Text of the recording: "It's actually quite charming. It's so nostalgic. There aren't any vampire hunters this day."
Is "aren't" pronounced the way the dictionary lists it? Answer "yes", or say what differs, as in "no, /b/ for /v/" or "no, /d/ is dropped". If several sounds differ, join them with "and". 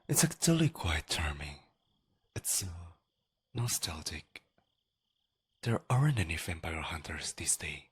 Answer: yes